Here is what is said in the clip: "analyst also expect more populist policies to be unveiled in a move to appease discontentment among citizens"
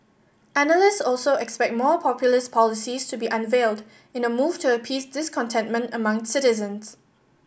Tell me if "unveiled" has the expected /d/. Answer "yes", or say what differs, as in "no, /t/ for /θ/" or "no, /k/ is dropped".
yes